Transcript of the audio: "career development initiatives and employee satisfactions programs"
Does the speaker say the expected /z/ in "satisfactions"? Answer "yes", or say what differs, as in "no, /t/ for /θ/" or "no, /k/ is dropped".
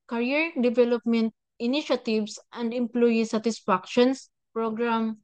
no, /s/ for /z/